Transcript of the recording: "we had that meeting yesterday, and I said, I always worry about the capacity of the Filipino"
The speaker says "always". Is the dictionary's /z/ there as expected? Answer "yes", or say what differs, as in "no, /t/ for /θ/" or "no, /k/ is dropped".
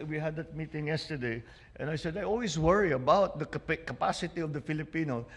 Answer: no, /s/ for /z/